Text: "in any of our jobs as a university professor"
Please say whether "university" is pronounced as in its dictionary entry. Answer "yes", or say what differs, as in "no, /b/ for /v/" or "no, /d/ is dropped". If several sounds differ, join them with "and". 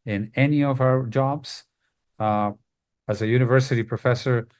yes